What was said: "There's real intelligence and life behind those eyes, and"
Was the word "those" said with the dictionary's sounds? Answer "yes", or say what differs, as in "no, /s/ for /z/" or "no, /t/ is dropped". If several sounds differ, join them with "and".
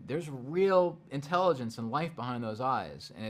yes